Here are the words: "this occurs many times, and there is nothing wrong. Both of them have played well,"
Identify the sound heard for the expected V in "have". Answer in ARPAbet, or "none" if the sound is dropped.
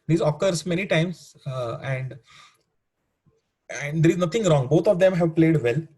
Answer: V